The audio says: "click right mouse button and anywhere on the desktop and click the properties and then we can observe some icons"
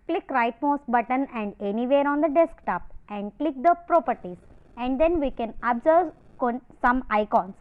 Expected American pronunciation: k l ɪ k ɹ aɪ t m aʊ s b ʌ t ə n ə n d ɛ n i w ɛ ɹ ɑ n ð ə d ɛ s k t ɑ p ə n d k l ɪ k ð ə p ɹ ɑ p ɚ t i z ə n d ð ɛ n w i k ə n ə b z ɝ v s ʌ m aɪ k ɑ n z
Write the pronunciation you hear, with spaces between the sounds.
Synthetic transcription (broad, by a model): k l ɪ k ɹ aɪ t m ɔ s b ʌ t ə n ə n d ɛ n i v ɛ ɹ ɑ n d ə d ɛ s k t ɑ p ə n d k l ɪ k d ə p ɹ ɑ p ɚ t i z ə n d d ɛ n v i k ə n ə b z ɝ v s ʌ m aɪ k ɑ n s